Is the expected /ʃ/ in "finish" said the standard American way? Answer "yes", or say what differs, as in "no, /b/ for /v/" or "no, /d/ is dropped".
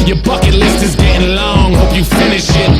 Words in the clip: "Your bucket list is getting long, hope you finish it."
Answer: yes